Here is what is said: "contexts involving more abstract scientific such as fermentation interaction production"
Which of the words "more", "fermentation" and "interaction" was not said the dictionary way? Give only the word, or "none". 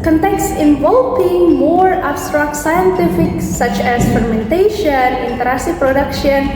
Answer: interaction